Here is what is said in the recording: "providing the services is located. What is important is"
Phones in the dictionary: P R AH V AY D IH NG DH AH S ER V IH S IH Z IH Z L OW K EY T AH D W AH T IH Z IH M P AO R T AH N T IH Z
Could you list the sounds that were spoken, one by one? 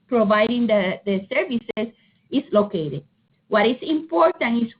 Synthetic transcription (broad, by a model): P R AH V AY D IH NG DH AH S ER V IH S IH S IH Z L OW K EY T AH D W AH T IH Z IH M P AO R T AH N IH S